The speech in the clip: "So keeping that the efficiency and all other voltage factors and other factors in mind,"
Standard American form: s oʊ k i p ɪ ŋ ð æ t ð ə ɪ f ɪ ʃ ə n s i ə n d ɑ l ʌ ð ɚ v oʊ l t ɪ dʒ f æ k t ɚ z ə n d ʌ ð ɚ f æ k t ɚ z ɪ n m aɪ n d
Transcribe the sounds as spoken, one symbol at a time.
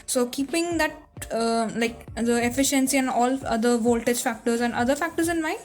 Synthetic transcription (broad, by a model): s oʊ k i p ɪ ŋ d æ t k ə ɪ f ɪ ʃ ə n s i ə n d ɑ l ʌ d ɚ v oʊ l t ɪ dʒ f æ k t ɚ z ə n d ʌ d ɚ f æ k t ɚ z ɪ n m aɪ n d